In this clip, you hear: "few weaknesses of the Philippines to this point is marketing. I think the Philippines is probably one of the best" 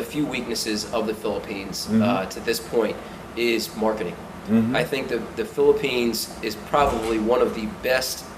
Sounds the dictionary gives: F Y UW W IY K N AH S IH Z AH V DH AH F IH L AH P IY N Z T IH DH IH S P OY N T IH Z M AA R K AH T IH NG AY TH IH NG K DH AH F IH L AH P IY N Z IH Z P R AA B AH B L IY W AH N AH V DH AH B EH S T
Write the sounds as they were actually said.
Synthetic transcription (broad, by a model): F Y UW W IY K N AH S IH Z AH V DH AH F IH L AH P IY N Z T IH DH IH S P OY N T IH Z M AA R K AH T IH NG AY TH IH NG K DH AH F IH L AH P IY N Z IH Z P R AA B AH B L IY W AH N AH V DH AH B EH S T